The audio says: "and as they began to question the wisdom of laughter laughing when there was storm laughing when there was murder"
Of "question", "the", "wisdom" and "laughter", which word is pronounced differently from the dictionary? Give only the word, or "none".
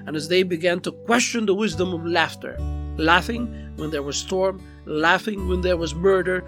none